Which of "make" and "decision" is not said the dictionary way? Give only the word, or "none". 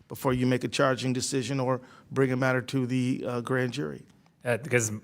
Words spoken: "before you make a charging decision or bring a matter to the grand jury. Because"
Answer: none